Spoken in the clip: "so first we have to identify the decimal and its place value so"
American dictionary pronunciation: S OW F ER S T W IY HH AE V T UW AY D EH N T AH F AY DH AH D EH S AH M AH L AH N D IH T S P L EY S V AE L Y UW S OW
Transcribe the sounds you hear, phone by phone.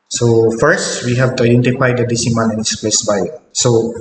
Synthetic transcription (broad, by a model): S OW F ER S T W IY HH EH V T UW AY D EH N T AH F AY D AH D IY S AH M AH N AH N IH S P L EY S B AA Y S OW